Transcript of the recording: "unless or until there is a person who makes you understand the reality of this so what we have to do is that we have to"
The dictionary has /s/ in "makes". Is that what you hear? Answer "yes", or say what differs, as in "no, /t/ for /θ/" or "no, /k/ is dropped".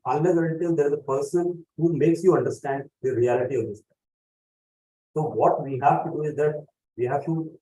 yes